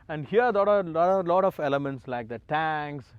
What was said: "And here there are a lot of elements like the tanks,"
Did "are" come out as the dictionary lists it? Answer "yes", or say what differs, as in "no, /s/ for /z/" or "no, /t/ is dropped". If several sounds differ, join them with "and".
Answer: no, /l/ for /ɹ/